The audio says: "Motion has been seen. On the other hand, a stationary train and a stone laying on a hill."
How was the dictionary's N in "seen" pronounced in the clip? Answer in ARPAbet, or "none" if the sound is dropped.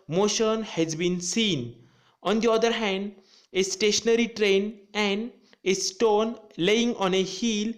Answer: N